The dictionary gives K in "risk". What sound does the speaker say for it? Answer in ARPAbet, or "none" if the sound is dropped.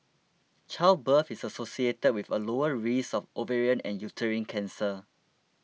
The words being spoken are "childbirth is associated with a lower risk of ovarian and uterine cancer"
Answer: none